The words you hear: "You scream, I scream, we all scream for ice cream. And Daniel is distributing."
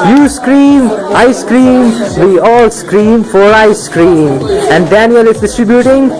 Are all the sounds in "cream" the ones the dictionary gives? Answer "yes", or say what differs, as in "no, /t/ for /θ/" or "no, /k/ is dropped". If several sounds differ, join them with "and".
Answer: yes